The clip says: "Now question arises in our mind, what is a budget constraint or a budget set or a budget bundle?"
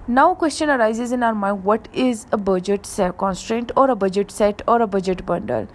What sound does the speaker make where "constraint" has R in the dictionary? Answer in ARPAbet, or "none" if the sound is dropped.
R